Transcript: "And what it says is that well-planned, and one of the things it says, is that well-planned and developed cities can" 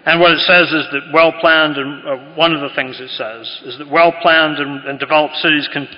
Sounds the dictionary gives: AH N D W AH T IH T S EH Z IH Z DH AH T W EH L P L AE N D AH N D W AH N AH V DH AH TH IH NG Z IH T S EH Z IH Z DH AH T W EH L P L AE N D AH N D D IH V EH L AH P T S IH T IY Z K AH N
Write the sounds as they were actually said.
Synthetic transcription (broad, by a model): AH N W AH T IH T S EH Z IH Z DH AH T W EH L P L AE N D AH N W AH N AH V DH AH TH IH NG Z IH T S EH Z IH Z DH AH T W EH L P L AE N D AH N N D IH V EH L AH P T S IH T IY Z K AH N